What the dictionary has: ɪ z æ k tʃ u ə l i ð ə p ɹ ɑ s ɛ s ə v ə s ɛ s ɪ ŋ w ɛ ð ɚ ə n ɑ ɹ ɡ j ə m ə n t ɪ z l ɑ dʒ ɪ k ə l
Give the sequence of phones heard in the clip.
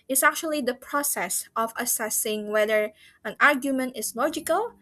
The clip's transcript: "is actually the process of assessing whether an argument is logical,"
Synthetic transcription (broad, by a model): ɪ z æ k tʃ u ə l i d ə p ɹ ɑ s ɛ s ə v ə s ɛ s ɪ ŋ w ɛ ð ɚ ə n ɑ ɹ ɡ j ə m ə n t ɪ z l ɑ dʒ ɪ k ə l